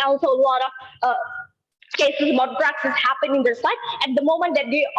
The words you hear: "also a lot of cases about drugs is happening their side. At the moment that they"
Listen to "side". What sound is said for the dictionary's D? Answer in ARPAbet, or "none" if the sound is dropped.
none